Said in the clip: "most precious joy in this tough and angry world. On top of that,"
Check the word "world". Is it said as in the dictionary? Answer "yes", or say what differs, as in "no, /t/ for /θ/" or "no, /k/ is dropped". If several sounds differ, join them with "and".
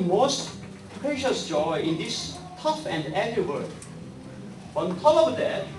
no, /l/ is dropped